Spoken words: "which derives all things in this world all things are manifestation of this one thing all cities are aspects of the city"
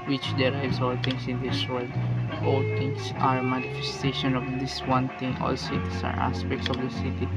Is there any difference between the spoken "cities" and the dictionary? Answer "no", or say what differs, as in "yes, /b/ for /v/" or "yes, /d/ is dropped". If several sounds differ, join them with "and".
yes, /s/ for /z/